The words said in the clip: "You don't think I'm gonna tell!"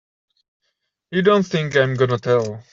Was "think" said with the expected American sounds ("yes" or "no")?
yes